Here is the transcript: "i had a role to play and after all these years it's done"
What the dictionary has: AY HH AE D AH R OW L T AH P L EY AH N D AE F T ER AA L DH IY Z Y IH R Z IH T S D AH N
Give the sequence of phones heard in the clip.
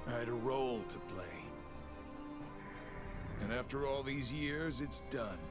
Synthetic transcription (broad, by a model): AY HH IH D AH R OW L T AH P L EY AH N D AE F T ER AA L DH IY Z Y IH R Z IH T S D AH N